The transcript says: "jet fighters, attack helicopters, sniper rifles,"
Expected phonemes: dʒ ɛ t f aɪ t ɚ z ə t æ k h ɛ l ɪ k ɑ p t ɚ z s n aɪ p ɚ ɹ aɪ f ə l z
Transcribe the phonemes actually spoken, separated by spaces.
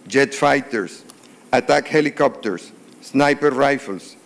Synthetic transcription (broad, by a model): dʒ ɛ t f aɪ t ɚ s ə t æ k h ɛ l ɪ k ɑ p t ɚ s n aɪ p ɚ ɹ aɪ f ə l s